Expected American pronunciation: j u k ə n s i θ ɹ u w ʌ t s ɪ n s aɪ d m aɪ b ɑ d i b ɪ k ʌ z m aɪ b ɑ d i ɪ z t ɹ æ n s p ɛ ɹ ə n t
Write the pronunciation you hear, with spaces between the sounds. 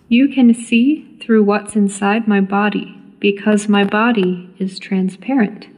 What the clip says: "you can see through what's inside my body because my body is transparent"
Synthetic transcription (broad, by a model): j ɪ k ə n s i θ ɹ u w ʌ t s ɪ n s aɪ d m aɪ b ɑ d i b ɪ k ʌ z m aɪ b ɑ d i ɪ z t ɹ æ n s p ɛ ɹ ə n t